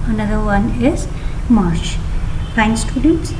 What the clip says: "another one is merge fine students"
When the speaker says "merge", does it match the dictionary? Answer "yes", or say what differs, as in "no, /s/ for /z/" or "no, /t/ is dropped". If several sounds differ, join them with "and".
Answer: no, /ʃ/ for /dʒ/